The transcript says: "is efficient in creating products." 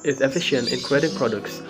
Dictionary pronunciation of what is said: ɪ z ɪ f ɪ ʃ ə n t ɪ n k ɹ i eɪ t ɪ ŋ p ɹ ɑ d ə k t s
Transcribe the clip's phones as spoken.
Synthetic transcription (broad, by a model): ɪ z ɪ f ɪ ʃ ə n t ɪ n k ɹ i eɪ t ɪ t p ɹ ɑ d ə k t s